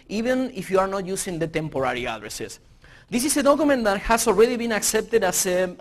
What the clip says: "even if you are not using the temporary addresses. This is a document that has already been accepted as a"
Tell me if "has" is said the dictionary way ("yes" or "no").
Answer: no